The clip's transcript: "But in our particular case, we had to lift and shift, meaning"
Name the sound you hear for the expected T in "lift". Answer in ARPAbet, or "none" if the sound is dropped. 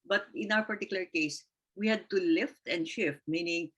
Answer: T